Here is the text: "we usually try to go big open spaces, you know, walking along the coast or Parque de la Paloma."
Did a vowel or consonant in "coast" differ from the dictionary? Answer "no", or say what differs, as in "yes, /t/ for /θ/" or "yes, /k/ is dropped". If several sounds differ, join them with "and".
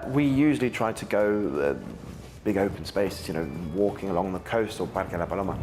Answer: no